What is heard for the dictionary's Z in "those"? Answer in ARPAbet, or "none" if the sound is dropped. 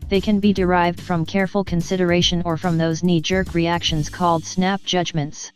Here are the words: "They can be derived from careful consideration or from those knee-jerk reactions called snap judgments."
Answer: Z